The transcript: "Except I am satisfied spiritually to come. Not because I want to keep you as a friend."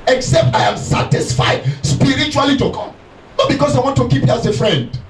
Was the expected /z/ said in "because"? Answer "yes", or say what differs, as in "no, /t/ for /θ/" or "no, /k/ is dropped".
no, /s/ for /z/